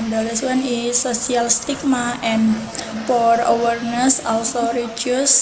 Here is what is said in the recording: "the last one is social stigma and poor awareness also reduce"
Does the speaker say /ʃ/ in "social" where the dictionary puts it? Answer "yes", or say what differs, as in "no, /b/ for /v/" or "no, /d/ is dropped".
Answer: no, /s/ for /ʃ/